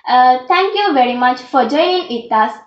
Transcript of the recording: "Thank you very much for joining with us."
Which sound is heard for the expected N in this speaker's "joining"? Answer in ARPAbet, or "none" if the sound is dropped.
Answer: none